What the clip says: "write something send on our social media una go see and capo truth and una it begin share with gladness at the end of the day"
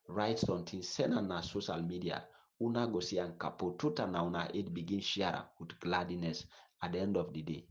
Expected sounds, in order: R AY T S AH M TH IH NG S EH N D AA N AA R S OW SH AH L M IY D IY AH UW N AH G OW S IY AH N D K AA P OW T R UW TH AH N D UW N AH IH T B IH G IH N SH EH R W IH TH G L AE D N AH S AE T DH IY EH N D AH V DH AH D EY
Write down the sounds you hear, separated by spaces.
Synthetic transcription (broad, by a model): R AY T S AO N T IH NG S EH N AA N AA S OW SH AH L M IY D IY AH UW N AH G OW S IY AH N K AA P OW T UW T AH N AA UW N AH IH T B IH G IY N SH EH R W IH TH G L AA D N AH S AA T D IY EH N D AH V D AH D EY